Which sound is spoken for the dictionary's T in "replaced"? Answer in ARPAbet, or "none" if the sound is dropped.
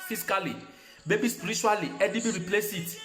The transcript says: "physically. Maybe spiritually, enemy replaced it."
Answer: none